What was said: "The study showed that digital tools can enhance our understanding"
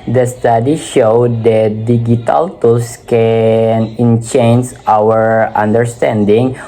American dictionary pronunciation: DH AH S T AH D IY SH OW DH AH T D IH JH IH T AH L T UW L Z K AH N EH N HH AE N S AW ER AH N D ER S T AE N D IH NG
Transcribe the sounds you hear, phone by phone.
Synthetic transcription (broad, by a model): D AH S T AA D IY SH OW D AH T D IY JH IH T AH L T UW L S K AH N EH N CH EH N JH AW ER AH N D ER S T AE N D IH NG